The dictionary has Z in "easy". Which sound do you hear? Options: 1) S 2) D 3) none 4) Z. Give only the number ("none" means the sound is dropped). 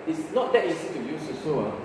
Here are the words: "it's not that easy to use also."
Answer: 1